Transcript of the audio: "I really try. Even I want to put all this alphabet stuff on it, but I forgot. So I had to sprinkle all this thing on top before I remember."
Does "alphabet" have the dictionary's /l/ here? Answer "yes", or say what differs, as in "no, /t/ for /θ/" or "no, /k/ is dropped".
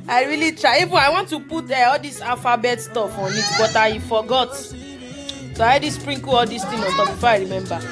no, /l/ is dropped